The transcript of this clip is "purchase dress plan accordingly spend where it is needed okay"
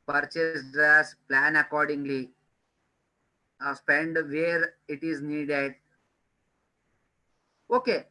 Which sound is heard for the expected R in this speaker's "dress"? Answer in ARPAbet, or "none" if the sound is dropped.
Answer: none